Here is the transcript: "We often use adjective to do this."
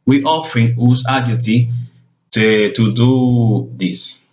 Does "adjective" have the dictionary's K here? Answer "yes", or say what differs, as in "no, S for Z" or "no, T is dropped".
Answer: no, K is dropped